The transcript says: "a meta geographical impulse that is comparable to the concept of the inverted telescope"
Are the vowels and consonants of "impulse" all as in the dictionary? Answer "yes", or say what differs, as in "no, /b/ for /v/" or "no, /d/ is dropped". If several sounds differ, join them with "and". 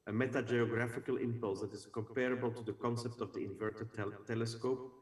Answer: yes